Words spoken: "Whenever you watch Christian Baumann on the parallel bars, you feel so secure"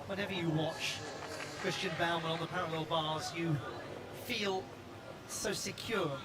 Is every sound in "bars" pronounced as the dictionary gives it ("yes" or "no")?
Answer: yes